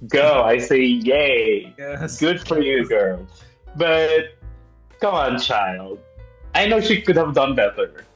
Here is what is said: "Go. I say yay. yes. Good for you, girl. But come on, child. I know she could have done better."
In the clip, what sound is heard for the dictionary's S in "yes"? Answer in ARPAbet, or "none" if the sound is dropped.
none